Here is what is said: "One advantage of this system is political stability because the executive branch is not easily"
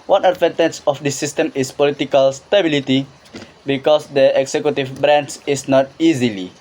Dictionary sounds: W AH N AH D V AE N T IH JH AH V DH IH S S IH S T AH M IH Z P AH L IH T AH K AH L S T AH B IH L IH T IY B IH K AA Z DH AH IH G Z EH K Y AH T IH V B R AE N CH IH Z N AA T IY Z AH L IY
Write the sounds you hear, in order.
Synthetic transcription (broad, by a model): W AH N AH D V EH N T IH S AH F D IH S S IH S T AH M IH S P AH L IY T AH K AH L S T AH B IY L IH T IY B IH K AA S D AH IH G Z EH K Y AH T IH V B R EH N S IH S N AA T IY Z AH L IY